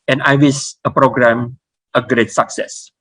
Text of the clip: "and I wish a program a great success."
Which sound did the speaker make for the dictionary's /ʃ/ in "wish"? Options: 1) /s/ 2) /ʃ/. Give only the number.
1